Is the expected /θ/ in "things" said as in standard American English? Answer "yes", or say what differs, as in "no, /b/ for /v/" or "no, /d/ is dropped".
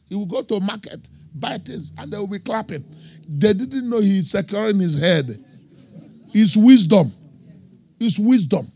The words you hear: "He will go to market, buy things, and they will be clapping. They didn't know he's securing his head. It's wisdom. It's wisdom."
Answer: no, /t/ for /θ/